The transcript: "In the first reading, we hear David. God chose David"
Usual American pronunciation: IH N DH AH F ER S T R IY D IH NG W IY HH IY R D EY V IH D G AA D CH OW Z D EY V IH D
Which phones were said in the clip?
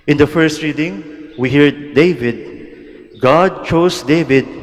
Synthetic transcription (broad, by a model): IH N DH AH F ER S T R IY D IH NG W IY HH IY R D EY V IH D G AA D CH OW S D EY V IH D